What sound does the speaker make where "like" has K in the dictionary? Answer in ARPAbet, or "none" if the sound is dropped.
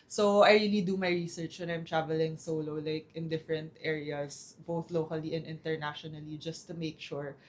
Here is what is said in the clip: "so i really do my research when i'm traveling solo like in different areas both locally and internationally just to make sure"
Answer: K